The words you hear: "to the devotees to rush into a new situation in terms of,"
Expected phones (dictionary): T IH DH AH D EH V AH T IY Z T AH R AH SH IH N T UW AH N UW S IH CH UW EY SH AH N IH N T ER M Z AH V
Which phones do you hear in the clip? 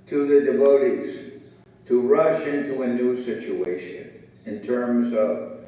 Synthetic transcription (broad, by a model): T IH DH AH D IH V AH T IY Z T AH R AH SH IH N T UW AH N UW S IH CH UW EY SH AH N IH N T ER M Z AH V